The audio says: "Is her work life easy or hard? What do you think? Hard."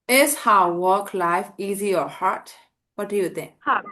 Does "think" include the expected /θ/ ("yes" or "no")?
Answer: no